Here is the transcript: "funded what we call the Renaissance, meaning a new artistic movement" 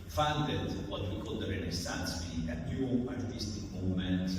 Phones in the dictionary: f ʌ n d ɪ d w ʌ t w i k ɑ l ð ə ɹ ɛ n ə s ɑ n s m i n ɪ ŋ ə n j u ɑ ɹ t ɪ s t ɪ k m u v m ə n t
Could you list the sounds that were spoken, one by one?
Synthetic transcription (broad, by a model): f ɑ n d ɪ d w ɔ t w i k ɑ l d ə ɹ ɛ n ə s ɑ n s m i ɪ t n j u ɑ ɹ t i s t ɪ k m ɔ m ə n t